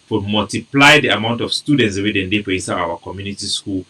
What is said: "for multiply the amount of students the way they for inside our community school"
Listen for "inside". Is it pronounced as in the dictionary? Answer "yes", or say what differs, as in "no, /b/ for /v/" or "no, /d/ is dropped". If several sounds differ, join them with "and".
no, /n/ is dropped and /d/ is dropped